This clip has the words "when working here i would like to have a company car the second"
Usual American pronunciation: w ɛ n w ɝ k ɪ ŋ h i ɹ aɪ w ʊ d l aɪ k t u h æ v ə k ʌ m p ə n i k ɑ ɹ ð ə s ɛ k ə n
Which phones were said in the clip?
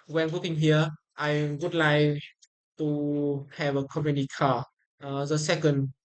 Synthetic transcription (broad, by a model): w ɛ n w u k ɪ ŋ h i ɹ aɪ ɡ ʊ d l aɪ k t u h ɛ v ə k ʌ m ə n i k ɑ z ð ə s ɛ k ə n